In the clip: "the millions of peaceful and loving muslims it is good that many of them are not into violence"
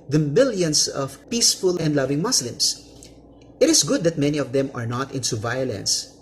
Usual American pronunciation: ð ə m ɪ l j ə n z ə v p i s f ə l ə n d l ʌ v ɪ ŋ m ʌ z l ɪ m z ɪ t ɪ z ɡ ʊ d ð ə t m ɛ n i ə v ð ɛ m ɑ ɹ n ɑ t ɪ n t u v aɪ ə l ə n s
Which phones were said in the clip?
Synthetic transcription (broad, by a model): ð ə m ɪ l j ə n s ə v p i s f ə l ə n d l ʌ v ɪ ŋ m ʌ s l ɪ m s ɪ t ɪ s ɡ ʊ d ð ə t m ɛ n i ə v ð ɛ m ɑ ɹ n ɑ t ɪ n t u v aɪ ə l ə n s